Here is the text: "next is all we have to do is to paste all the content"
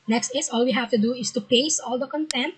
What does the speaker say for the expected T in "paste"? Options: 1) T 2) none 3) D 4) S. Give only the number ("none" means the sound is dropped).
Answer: 2